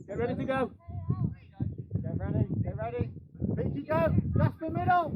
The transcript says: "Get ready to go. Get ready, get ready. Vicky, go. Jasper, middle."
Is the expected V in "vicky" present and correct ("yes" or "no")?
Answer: no